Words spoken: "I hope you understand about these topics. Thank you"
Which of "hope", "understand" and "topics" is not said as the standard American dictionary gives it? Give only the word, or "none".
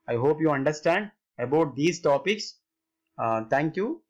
none